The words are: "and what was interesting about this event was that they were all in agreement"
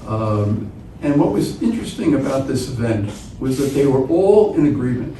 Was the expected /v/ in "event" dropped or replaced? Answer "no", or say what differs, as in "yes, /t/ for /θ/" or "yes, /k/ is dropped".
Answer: no